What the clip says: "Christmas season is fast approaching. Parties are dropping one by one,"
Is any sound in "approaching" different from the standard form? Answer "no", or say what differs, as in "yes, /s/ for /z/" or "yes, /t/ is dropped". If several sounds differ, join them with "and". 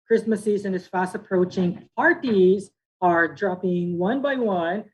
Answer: no